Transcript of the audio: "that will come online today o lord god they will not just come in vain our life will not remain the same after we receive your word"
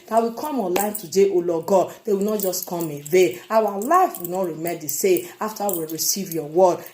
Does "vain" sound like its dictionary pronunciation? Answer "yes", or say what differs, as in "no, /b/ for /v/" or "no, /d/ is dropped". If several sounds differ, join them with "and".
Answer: no, /n/ is dropped